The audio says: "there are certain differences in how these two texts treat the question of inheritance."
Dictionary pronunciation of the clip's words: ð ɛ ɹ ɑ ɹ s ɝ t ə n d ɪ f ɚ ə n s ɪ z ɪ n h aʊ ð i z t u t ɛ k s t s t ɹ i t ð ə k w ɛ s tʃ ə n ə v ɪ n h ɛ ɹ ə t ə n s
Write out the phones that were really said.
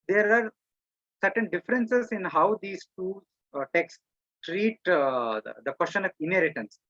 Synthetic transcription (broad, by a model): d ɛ ɹ ɑ ɹ s ɝ t ə n d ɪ f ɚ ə n s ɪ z ɪ n h aʊ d i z t u t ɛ k s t t ɹ i t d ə k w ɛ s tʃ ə n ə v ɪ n h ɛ ɹ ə t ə n s